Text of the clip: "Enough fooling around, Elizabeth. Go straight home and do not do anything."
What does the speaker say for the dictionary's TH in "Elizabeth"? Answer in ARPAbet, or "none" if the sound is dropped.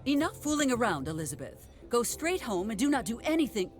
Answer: TH